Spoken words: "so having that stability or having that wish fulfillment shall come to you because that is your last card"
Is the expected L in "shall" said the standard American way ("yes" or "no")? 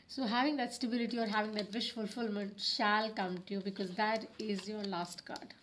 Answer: yes